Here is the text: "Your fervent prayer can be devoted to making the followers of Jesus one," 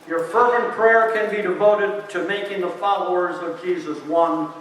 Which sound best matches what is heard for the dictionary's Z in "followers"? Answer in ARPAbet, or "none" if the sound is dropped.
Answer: Z